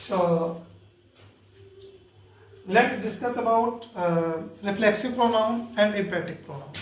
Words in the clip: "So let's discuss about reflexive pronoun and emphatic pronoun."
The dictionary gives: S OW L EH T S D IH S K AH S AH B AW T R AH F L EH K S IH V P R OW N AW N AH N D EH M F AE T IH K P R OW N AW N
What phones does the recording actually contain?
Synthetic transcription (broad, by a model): S OW L EH T S D IH S K AH S AH B AW T R AH F L EH K S IH V P R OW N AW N AH N D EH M P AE T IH K P R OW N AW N